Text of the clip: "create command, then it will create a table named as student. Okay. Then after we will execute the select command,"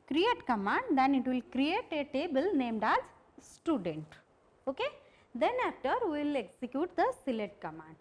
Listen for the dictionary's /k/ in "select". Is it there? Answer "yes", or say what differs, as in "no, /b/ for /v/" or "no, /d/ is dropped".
no, /k/ is dropped